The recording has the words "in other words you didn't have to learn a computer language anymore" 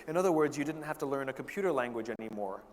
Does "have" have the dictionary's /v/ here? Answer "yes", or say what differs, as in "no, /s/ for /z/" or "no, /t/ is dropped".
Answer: no, /f/ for /v/